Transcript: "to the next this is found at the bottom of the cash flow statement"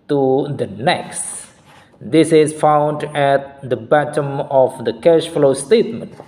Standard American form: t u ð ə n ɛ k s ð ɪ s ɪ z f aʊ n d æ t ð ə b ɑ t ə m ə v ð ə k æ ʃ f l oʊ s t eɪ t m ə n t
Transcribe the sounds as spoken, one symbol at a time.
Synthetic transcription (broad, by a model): t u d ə n ɛ k s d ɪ s ɪ z f aʊ n d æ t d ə b ɑ t ə m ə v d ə k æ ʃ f l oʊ s t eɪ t m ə n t